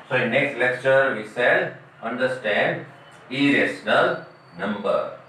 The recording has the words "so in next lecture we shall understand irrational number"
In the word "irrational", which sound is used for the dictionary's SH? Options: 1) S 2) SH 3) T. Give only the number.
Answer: 1